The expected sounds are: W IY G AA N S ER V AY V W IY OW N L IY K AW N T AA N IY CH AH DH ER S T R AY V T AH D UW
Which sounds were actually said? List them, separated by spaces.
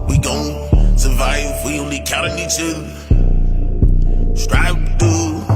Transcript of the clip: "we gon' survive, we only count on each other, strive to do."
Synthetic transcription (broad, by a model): W IY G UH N S ER V AY V W IY OW N L IY K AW T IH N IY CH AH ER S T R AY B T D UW